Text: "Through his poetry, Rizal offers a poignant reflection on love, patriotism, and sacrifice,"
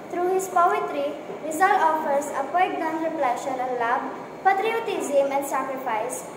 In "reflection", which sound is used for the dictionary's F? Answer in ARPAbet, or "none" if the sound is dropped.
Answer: P